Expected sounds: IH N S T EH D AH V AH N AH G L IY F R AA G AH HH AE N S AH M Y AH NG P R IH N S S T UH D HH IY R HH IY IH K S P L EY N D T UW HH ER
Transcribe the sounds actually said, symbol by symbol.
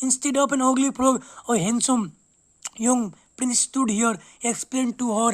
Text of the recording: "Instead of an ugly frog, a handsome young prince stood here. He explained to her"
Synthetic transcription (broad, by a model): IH N S T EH D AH P AH N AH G L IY P R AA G AH HH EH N S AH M Y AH NG P R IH N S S T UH D HH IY R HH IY IH K S P L EY N D T UW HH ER